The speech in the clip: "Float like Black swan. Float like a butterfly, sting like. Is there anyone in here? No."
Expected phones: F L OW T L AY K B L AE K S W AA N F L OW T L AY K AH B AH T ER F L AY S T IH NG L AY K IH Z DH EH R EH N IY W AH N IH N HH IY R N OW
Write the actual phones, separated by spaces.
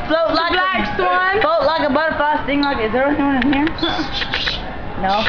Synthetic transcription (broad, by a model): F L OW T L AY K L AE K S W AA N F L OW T L AY K AH B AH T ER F AY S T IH NG L AY K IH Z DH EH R EH N IY W AH N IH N HH IY R N OW